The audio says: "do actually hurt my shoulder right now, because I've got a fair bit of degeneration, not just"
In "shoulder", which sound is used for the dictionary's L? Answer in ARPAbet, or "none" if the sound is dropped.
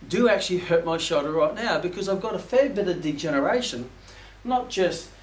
none